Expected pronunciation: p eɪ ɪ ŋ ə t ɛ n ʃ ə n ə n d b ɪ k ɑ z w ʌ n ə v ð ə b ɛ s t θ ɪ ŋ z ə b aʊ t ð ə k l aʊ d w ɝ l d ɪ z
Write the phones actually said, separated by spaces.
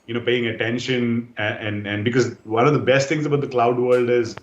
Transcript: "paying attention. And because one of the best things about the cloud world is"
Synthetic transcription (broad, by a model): p eɪ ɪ ŋ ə t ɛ n ʃ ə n ə n d b ɪ k ɑ z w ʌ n ə v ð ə b ɛ s t t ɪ ŋ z ə b aʊ t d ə k l aʊ d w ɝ l d ɪ z